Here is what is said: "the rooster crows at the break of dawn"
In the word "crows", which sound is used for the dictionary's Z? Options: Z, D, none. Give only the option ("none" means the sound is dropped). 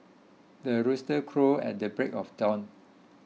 none